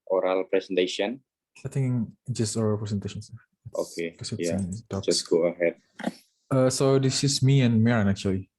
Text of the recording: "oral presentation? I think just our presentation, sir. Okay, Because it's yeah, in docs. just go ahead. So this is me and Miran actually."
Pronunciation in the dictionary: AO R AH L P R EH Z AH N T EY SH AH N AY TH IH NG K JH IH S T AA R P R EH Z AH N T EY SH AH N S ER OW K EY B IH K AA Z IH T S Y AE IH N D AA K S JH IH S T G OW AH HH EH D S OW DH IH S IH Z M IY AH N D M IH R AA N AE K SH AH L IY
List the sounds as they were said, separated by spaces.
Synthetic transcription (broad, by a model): AO R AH L P R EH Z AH N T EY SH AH N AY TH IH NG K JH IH S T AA L P R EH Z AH N T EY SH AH N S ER OW K EY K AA S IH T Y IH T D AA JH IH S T G OW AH HH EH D S OW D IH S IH S M IY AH N M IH R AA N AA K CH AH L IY